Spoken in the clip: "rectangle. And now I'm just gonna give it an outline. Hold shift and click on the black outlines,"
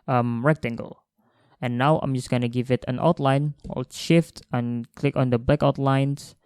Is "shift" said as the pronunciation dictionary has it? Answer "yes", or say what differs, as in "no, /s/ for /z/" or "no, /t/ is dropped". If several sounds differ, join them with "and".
yes